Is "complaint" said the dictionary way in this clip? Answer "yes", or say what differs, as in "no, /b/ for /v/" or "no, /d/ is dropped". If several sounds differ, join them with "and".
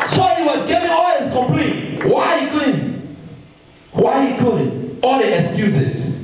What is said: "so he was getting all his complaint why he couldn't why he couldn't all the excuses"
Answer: no, /n/ is dropped